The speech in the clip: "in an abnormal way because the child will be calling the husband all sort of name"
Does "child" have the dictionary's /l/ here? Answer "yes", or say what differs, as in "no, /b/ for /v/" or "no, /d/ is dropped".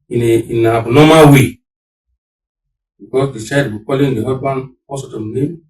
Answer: no, /l/ is dropped